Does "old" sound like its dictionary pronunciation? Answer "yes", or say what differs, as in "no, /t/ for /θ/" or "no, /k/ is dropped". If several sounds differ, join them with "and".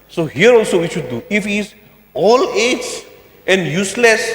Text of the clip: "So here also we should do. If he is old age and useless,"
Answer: no, /d/ is dropped